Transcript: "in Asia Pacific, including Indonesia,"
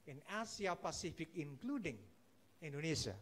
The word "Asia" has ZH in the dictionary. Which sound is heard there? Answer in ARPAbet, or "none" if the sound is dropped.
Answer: S